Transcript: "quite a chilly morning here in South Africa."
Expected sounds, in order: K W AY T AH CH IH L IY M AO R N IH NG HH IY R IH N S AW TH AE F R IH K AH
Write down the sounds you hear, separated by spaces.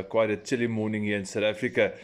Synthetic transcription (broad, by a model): K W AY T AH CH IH L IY M AO N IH NG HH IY IH N S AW T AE F R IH K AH